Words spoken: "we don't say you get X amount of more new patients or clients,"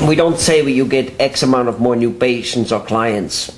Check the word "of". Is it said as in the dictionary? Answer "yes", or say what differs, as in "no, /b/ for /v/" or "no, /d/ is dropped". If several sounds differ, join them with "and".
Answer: yes